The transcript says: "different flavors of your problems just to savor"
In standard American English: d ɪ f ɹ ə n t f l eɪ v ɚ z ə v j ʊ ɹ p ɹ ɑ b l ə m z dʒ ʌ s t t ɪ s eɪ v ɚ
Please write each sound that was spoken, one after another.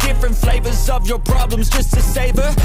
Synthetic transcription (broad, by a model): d ɪ f ɹ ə n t f l eɪ v ɚ z ə v j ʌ ɹ p ɹ ɑ b l ə m z dʒ ʌ s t t ɪ s eɪ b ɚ